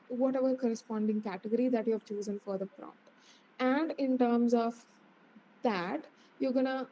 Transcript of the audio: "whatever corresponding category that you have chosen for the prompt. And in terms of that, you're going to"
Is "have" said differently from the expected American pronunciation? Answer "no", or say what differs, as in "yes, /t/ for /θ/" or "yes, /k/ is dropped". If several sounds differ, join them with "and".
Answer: no